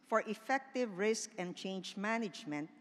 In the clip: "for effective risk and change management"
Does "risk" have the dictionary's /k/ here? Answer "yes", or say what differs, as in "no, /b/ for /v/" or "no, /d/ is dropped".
yes